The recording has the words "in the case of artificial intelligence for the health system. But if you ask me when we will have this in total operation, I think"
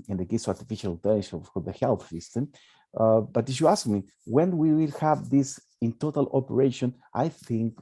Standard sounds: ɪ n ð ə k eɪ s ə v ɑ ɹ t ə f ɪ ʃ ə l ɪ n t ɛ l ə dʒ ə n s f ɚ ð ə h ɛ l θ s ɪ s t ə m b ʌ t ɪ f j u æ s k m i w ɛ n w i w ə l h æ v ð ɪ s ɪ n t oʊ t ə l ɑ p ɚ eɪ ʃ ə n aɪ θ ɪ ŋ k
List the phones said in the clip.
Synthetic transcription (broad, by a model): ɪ n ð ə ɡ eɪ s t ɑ ɹ t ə f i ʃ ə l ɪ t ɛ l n ʃ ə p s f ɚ ð ə h ɛ l θ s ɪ s t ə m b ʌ t ɪ f j u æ s k m i w ɛ n w i w ə l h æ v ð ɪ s ɪ n t oʊ t ə l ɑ p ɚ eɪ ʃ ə n aɪ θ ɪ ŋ k